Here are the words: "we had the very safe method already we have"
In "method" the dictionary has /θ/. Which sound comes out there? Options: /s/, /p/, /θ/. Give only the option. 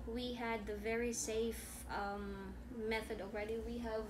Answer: /θ/